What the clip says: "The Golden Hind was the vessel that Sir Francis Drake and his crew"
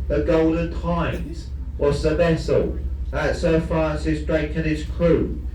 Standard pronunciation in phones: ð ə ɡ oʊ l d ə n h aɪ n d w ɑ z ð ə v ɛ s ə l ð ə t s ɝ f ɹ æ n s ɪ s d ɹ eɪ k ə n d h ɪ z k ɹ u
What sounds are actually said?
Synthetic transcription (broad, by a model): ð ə ɡ oʊ l d ə n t aɪ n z w ɑ z ð ə v ɛ s ə l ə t s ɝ f ɑ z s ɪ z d ɹ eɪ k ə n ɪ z k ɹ u